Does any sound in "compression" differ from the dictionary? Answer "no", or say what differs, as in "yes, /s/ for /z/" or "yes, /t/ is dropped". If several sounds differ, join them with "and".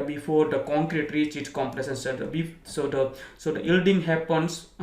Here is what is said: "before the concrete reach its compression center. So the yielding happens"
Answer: yes, /l/ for /ɹ/ and /s/ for /ʃ/